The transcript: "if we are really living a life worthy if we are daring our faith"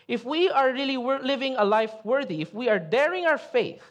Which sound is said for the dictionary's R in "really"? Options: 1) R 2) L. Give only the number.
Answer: 2